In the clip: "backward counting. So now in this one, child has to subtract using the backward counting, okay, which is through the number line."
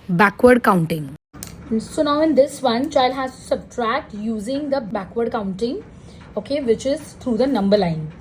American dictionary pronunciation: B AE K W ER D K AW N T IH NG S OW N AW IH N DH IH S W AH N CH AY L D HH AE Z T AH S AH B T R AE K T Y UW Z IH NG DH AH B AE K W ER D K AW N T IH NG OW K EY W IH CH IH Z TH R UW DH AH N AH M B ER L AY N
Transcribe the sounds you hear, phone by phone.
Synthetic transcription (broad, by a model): B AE K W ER D K AW N T IH NG S OW N AW IH N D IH S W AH N CH AY L D HH AE Z S AH B T R AE K T Y UW Z IH NG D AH B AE K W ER D K AW N T IH NG OW K EY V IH CH IH Z T R UW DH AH N AH M B ER L AY N